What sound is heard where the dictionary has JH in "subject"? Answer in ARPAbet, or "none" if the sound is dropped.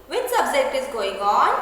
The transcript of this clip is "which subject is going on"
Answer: Z